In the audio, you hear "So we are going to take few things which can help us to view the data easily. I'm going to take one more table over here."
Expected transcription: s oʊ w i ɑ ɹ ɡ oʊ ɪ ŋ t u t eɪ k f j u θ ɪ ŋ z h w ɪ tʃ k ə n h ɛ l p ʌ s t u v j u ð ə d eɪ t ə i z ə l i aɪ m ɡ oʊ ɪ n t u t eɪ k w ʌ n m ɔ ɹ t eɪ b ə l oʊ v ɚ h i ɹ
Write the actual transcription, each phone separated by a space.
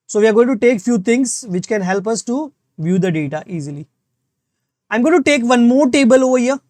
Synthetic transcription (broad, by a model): s oʊ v i ɑ ɹ ɡ oʊ ɪ ŋ t u t eɪ k f j u t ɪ ŋ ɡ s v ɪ tʃ k ə n h ɛ l p ʌ s t u v j u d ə d eɪ t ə i z ə l i aɪ m ɡ oʊ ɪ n t u t eɪ k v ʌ n m ɔ ɹ t eɪ b ə l oʊ v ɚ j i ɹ